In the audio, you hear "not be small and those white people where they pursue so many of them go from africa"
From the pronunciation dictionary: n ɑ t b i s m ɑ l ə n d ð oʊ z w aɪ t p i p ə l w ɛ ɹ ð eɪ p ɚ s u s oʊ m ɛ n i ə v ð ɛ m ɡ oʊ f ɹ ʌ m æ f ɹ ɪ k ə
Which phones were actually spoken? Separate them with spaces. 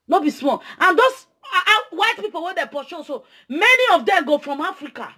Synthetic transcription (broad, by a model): n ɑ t b i s m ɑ ə n d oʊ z w aɪ t p i p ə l w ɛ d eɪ p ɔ ʃ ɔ s oʊ m ɛ n i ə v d ɛ m ɡ oʊ f ɹ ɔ m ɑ f ɹ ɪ k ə